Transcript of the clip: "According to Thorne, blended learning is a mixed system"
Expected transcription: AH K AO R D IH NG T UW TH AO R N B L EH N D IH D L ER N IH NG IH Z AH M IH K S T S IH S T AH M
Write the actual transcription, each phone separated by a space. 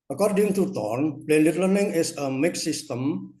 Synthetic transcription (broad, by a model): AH K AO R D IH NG T UW T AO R N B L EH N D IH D L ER N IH NG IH S AH M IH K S S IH S T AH M